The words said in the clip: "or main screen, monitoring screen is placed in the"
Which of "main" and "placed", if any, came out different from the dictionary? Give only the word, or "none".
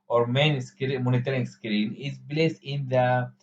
placed